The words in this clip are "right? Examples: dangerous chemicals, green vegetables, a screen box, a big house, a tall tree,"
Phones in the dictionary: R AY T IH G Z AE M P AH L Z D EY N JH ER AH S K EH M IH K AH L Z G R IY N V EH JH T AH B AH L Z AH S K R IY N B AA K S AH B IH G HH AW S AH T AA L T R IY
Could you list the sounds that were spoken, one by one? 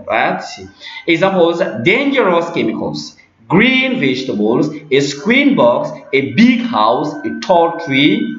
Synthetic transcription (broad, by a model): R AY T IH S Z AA P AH Z D EY N JH ER AH S K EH M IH K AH L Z G R IY N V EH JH T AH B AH L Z AH S K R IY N B AA K S AH B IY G HH AW S AH T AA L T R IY